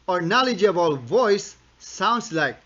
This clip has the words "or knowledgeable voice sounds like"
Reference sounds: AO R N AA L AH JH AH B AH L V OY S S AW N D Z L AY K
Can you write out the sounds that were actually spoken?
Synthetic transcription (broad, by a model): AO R N AA L AH JH AH B AH L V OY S S AW N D S L AY K